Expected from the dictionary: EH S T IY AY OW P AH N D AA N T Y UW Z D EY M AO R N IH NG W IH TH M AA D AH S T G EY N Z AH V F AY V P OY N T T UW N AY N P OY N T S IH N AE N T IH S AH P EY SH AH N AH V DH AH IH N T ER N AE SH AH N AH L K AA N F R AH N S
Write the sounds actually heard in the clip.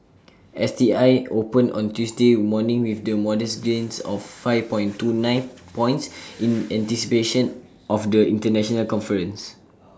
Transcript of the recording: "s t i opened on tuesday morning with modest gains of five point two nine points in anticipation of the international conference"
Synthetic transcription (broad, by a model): EH S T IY AY OW P AH N AA N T Y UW S D EY M AO N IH NG W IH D M AA D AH S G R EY N S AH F AY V P OY N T T UW N AY N P OY N T S IH N AE N T IH S AH P EY SH AH N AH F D AH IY N T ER N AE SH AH N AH L K AA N F R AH N S